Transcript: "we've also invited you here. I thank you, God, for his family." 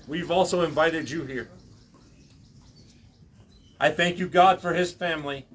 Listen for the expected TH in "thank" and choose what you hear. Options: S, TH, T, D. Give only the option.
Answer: TH